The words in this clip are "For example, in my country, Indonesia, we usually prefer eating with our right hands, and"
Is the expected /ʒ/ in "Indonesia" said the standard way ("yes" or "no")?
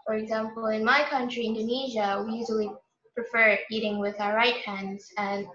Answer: yes